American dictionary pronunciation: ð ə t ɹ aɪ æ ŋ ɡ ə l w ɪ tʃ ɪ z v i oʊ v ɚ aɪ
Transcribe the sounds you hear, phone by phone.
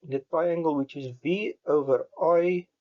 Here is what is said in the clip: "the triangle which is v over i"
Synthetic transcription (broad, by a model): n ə t ɹ aɪ æ ŋ ɡ ə l w ɪ tʃ ɪ z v i oʊ v ɚ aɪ